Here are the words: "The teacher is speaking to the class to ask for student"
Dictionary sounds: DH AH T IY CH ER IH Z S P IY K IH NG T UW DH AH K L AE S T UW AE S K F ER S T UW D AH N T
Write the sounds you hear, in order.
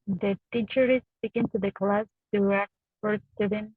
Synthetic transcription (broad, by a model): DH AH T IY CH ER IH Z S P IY K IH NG T UW DH AH K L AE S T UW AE K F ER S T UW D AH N